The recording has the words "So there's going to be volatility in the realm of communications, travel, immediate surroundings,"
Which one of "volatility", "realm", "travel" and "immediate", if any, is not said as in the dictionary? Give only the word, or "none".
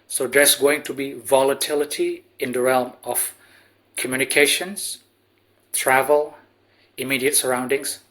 none